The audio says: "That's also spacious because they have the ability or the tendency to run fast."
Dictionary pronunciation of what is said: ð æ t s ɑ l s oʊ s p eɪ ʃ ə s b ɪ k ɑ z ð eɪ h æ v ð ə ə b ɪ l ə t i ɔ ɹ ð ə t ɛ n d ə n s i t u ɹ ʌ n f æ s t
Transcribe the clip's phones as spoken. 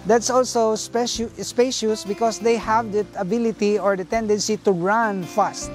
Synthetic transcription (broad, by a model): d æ t s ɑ l s oʊ s p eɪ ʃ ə s b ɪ k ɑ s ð eɪ h æ v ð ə ə b ɪ l ə t i ɔ ɹ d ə t ɛ n d ə n s i t u ɹ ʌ n f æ s t